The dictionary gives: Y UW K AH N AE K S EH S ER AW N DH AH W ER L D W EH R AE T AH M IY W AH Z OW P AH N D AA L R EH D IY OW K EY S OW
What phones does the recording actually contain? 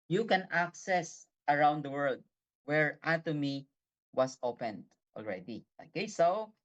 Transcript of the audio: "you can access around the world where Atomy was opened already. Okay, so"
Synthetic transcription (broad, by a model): Y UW K AH N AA K S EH S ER AW N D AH W ER L D W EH R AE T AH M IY W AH S OW P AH N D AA L R EH D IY OW K EY S OW